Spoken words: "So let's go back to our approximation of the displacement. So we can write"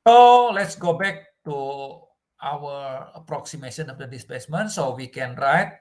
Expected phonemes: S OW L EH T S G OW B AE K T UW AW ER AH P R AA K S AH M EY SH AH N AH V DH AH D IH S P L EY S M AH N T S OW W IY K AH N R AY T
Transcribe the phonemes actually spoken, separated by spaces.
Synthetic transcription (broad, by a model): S OW L EH T S G OW B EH K T UW AW ER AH P R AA K S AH M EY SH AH N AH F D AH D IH S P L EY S M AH N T S OW W IY K AH N R AY T